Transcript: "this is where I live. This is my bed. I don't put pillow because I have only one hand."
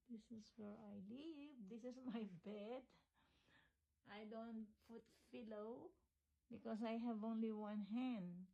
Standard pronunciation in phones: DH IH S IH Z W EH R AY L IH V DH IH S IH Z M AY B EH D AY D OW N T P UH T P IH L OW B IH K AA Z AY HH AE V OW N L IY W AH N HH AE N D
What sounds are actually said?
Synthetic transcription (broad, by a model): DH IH S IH S W EH R AY L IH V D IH S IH S M AY B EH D AY D OW N T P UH T F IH L OW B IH K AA S AY HH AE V OW N L IY W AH N HH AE N D